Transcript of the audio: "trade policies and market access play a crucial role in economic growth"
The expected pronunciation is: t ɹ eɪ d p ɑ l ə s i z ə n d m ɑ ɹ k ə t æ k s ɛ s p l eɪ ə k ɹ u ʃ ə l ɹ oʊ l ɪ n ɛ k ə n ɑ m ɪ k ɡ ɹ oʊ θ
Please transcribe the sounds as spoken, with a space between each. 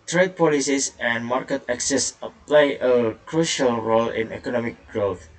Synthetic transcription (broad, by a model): t ɹ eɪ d p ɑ l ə s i s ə n m ɑ ɹ k ə t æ k s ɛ s p l eɪ ə k ɹ u ʃ ə l ɹ oʊ l ɪ n ɛ k ə n ɑ m ɪ k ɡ ɹ oʊ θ